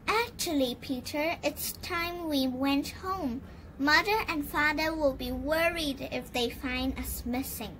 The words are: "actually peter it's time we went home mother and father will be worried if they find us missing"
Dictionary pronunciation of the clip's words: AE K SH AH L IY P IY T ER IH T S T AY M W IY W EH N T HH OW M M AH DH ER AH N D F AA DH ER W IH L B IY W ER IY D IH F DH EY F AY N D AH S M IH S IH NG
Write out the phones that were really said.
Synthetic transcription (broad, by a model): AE K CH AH L IY P IY T ER IH T S T AY M W IY W EH N T HH OW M M AH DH ER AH N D F AA DH ER W IH L B IY W ER IY D IH F DH EY F AY N D AH S M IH S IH NG